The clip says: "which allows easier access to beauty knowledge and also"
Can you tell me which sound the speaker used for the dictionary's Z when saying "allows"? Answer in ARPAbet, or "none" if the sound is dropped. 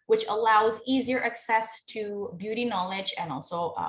Z